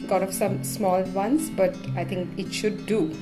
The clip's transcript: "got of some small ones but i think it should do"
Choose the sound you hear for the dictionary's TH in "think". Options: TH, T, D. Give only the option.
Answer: T